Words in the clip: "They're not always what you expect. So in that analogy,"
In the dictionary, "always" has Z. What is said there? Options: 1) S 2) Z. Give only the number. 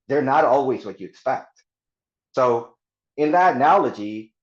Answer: 2